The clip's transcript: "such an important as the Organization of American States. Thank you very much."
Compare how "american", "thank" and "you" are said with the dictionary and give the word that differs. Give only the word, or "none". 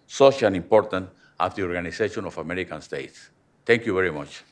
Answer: thank